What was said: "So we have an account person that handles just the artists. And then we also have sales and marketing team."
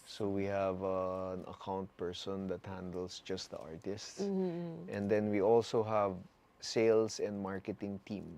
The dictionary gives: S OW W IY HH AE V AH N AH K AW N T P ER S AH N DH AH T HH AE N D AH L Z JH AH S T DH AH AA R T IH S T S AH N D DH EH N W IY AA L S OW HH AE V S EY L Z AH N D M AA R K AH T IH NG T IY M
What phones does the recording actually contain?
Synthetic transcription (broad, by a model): S OW W IY HH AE V AH N AH K AW N T P ER S AH N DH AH T HH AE N D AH L S JH AH S T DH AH AA R T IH S T S AH N D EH N W IY AA L S OW HH AE V S EY L S AH N D M AA R K AH T IH NG T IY M